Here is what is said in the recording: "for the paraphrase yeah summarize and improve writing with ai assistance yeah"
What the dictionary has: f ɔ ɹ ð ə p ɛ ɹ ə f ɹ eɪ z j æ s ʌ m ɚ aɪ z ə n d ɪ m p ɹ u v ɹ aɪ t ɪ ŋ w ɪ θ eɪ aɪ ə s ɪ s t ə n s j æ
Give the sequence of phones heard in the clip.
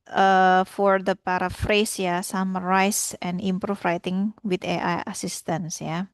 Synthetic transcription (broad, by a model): f ɔ ɹ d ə p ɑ ɹ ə f ɹ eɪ s j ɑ s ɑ m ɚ aɪ s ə n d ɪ m p ɹ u f ɹ aɪ t ɪ ŋ w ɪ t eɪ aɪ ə s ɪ s t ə n s j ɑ